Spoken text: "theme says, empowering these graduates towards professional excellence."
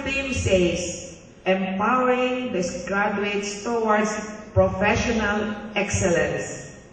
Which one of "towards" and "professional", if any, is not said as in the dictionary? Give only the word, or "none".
towards